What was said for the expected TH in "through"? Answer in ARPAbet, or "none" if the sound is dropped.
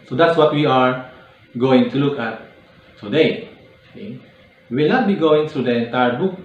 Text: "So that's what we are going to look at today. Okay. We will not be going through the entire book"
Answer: T